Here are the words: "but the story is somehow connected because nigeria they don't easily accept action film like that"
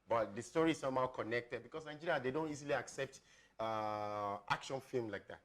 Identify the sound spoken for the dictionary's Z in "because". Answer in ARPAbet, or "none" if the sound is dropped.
S